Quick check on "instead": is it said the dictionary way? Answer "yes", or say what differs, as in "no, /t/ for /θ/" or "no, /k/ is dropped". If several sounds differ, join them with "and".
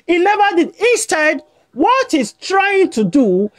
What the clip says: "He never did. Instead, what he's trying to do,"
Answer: no, /n/ is dropped